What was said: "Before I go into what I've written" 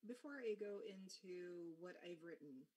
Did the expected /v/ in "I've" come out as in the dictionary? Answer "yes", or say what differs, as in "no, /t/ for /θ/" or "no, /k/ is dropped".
yes